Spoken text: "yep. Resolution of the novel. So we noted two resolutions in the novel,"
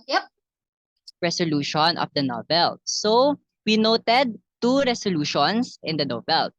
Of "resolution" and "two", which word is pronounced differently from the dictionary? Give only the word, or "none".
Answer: resolution